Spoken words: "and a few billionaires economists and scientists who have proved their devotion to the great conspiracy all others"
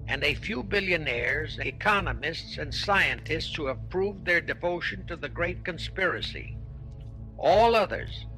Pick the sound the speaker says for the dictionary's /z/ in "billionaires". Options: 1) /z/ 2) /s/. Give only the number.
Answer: 1